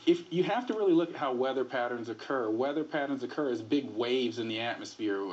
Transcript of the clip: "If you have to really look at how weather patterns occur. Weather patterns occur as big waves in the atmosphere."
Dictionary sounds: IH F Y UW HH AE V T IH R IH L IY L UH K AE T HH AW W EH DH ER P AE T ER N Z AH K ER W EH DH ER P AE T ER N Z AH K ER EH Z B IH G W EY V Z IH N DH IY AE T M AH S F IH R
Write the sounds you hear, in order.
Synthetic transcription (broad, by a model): IH F Y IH HH AE F T IH R IH L IY L UH K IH T HH AW W EH DH ER P AE T ER N Z AH K ER W EH DH ER P AE T ER N Z AH K ER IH Z B IH G W EY V Z IH N DH IY AE T M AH S F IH R